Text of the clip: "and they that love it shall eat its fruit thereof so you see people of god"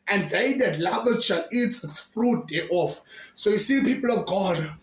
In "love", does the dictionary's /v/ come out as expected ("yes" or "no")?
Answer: no